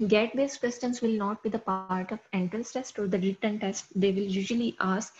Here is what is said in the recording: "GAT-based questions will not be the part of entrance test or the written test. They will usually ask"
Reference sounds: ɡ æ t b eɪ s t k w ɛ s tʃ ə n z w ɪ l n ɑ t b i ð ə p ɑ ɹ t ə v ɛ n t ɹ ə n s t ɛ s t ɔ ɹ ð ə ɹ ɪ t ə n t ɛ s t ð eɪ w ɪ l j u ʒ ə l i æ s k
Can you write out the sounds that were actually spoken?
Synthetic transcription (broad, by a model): ɡ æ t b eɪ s k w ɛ s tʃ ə n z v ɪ l n ɑ t b i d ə p ɑ ɹ t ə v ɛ n t ə l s t ɛ s t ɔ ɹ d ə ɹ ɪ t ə n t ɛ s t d eɪ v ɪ l j u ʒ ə l i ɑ s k